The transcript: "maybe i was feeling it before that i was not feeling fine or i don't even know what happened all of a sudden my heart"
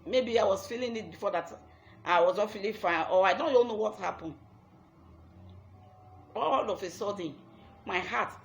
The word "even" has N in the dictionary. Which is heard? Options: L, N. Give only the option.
L